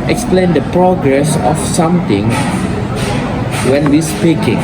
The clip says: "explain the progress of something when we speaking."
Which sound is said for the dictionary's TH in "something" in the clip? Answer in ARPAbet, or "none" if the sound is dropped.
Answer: T